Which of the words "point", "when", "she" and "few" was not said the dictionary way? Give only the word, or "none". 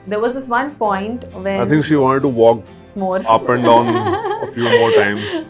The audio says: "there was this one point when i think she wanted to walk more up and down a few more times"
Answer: when